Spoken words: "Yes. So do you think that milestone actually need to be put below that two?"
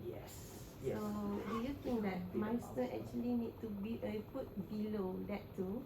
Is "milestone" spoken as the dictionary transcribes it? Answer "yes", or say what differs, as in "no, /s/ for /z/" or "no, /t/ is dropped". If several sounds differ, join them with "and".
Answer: no, /n/ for /l/